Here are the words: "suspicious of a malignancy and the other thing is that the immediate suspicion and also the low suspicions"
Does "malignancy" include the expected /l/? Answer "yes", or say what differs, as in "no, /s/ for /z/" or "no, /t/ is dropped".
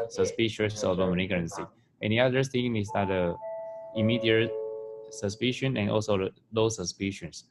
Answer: no, /n/ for /l/